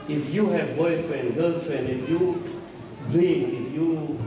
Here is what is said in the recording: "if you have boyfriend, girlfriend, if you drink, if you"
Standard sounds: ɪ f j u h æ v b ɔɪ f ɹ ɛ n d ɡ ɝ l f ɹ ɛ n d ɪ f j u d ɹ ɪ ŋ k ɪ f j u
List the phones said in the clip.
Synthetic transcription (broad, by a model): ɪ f j u h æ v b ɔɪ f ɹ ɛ n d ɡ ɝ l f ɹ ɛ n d ɪ f j u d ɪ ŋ ɪ f j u